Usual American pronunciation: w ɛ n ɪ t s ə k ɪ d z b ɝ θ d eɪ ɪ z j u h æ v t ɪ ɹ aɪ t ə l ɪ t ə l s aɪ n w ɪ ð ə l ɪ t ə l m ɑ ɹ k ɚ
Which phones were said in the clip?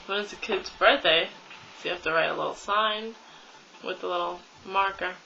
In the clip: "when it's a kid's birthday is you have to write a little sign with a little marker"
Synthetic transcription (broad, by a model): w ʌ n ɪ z ə k ɪ d z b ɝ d eɪ ɪ s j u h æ f t ɪ ɹ aɪ t ə l ɪ t l s aɪ n w ɪ ð ə l ɪ t l m ɑ ɹ k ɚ